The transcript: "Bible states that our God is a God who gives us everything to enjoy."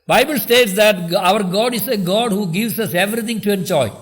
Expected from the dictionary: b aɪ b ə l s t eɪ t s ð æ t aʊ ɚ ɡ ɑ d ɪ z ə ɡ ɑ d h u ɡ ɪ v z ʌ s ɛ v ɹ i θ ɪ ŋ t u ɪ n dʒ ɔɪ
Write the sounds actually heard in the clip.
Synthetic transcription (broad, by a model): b aɪ b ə l s t eɪ t s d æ t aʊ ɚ ɡ ɑ d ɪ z ə ɡ ɑ d h u ɡ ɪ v s ʌ s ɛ v ɹ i t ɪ ŋ t u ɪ n dʒ ɔɪ